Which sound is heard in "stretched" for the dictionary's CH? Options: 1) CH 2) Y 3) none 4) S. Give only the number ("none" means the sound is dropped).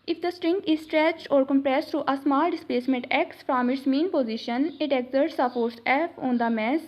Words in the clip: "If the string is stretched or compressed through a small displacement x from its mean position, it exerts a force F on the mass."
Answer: 1